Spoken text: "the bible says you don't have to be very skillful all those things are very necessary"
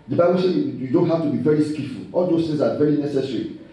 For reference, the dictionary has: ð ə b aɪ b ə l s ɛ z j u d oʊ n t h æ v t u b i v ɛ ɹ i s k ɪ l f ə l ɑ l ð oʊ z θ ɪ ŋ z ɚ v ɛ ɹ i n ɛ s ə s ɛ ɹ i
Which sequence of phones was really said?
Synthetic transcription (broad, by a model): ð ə b aɪ b ə l s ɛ j u d oʊ n t h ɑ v t u b i v ɛ ɹ i s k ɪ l f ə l ɑ l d oʊ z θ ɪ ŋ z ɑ v ɛ ɹ i n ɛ s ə s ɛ ɹ i